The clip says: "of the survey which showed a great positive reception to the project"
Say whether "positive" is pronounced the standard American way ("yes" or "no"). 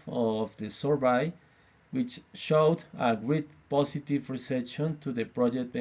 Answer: no